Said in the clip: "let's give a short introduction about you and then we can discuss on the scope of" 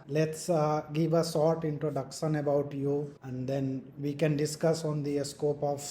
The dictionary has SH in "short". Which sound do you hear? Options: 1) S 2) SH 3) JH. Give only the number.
1